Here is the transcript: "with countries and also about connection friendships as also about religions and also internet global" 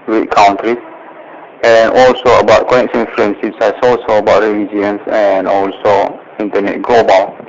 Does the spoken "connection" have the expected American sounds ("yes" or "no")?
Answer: no